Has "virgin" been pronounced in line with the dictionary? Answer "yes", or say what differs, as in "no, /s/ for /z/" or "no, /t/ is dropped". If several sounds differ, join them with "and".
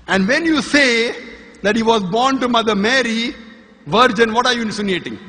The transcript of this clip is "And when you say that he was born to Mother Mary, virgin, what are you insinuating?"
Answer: yes